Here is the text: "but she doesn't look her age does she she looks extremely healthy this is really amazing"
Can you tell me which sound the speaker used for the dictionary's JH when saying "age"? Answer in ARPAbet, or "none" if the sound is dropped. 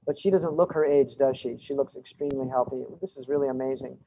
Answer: JH